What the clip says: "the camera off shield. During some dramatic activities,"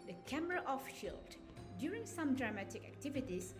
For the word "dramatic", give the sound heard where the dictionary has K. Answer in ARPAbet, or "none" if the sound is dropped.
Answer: K